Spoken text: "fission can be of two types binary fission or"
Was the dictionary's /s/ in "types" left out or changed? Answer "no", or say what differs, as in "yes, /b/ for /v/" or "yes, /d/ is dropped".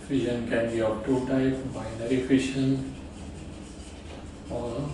yes, /s/ is dropped